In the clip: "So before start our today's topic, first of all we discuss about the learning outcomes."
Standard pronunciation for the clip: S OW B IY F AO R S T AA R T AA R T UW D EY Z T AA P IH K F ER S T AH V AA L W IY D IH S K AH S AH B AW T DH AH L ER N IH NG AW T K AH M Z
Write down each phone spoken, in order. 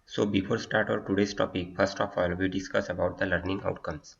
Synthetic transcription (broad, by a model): S OW B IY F AO R S T AA R T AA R T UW D EY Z T AA P IH K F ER S T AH P AA L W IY D IH S K AH S AH B AW T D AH L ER N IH NG AW T K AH M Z